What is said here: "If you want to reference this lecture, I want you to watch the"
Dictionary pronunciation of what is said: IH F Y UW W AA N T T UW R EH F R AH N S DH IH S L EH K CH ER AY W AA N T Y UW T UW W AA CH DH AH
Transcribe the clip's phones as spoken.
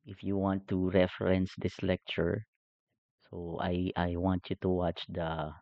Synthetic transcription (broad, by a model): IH F Y UW W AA N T T UW R EH F R AH N S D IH S L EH K CH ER AY W AA N T Y UW T UW W AA CH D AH